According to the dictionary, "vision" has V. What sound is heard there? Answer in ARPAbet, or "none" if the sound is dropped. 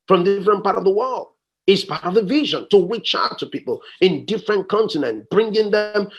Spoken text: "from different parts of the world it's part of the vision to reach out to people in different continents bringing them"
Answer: V